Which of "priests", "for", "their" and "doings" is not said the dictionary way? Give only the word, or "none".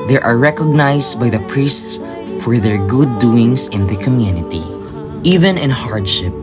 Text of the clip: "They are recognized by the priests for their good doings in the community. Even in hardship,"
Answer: doings